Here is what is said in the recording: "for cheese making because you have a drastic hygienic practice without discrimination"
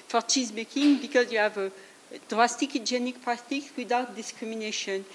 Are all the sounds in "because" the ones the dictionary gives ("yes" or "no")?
yes